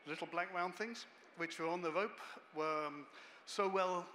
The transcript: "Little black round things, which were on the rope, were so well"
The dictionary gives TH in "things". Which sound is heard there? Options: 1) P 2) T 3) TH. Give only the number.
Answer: 3